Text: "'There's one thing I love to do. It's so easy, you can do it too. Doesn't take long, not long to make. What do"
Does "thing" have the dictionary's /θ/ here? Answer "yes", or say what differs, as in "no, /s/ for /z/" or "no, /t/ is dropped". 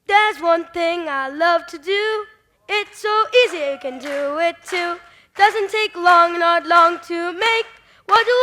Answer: yes